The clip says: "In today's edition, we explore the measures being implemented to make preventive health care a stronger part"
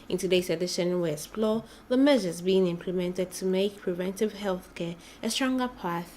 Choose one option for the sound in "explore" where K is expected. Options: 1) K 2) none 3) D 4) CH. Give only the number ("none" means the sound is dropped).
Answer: 2